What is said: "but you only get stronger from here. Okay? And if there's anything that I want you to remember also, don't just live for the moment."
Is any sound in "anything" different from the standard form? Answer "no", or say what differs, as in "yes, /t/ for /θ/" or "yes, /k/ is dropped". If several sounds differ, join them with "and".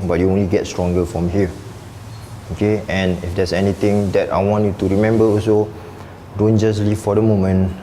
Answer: yes, /t/ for /θ/